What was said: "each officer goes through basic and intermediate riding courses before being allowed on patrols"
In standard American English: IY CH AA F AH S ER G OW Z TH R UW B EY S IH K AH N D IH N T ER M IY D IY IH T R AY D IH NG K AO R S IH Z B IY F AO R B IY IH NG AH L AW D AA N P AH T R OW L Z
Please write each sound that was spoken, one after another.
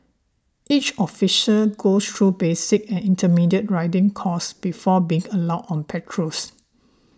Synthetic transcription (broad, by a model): IY CH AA F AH SH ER G OW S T R UW B EY S IH K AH N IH N T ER M IY D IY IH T R AY D IH NG K AO S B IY F AO B IY IH NG AH L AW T AA N P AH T R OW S